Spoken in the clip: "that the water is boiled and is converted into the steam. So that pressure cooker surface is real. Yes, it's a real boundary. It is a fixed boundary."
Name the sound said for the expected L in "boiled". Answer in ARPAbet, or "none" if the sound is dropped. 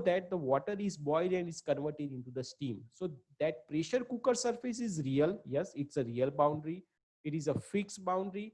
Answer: none